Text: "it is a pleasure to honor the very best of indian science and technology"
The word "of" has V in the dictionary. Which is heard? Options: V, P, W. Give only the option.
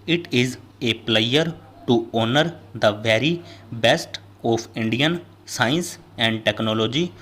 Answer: P